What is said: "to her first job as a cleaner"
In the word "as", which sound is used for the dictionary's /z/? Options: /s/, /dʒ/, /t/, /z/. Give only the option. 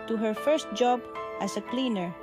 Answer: /s/